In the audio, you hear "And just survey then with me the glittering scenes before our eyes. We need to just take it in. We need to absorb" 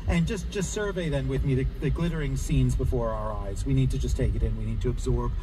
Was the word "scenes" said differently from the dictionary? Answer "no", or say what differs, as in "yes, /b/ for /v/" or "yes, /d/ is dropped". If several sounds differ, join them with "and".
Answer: no